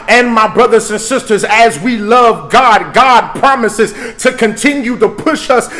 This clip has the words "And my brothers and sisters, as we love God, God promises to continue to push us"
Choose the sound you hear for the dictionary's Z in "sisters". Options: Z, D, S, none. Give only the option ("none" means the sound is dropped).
Z